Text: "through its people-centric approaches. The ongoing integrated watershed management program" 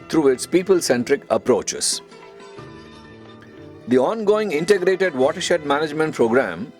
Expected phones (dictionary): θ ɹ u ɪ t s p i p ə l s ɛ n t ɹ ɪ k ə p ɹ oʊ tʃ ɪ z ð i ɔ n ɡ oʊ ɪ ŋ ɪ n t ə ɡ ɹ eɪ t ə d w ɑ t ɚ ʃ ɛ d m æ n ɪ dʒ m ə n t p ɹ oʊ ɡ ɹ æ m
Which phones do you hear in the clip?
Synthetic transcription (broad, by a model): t ɹ u ɪ t s p i p ə l s ɛ n t ɹ ɪ k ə p ɹ oʊ tʃ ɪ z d i ɔ n ɡ oʊ ɪ ŋ ɪ n t ə ɡ ɹ eɪ t ə d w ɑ t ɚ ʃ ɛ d m æ n ɪ dʒ m ə n t p ɹ oʊ ɡ ɹ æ m